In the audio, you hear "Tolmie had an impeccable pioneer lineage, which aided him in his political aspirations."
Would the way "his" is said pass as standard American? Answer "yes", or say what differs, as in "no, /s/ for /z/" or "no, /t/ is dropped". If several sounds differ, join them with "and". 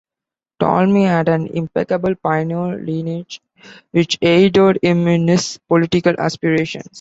no, /s/ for /z/